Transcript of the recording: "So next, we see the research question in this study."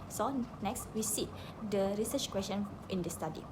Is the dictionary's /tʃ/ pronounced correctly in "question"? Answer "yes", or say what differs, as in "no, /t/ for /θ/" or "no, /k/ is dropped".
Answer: no, /ʃ/ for /tʃ/